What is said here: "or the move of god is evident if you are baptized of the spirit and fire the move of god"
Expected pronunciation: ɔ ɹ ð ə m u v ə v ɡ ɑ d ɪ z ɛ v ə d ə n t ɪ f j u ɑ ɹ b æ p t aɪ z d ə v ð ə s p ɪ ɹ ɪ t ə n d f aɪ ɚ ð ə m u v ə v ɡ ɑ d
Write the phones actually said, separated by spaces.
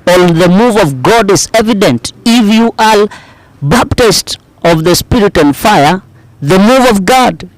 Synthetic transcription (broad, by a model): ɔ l ð ə m u v ə v ɡ ɑ d ɪ z ɛ v ə d ə n t ɪ f j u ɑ l b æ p t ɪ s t ə v ð ə s p ɪ ɹ ɪ t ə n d f aɪ ɚ ð ə m u v ə v ɡ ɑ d